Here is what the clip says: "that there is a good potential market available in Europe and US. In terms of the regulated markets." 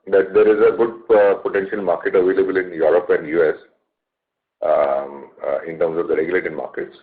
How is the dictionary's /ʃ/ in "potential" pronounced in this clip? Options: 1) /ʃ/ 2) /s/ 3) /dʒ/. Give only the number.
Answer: 1